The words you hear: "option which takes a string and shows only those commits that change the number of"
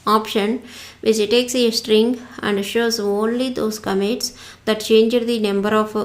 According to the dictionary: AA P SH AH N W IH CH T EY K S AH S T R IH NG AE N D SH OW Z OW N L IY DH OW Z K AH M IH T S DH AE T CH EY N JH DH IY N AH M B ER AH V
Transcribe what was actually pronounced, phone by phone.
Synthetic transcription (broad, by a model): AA P SH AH N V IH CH T EY K S AH S T R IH NG AE N D SH OW Z OW N L IY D OW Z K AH M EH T S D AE T CH EY N JH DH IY N AH M B ER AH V